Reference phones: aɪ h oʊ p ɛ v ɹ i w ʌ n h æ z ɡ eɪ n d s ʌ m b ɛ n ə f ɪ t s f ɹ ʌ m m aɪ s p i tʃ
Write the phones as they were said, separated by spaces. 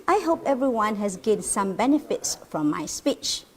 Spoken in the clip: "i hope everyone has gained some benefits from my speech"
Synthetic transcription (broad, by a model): aɪ h oʊ p ɛ v ɹ i w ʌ n h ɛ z ɡ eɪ d s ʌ m b ɛ n ə f ɪ t s f ɹ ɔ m m aɪ s p i tʃ